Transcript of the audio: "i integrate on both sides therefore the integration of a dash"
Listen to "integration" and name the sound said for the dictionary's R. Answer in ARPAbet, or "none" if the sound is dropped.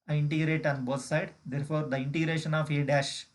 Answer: R